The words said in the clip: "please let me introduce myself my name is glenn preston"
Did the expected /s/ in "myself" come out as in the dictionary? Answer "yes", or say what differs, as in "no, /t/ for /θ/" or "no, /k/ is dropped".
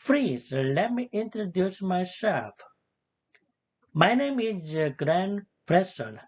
no, /ʃ/ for /s/